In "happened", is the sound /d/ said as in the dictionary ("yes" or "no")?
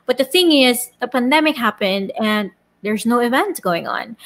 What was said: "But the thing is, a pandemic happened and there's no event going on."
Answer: yes